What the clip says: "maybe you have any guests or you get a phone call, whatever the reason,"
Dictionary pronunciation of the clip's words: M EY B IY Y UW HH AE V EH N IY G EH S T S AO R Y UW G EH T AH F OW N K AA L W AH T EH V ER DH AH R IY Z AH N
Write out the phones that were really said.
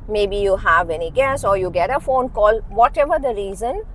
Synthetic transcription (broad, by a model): M EY B IY Y UW HH AE V EH N IY G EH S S AO R Y UW G EH T AH F OW N K AA L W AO T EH V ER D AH R IY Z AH N